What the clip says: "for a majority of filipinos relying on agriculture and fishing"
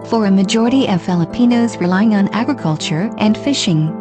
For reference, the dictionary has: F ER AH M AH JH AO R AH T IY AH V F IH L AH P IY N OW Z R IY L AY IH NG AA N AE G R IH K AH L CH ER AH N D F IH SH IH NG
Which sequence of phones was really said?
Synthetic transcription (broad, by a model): F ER AH M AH JH AO R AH T IY AH V F IH L AH P IY N OW Z R IY L AY IH NG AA N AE G R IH K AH L CH ER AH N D F IH SH IH NG